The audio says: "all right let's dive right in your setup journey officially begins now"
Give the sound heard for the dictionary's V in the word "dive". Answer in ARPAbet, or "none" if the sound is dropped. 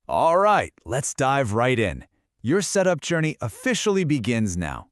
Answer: V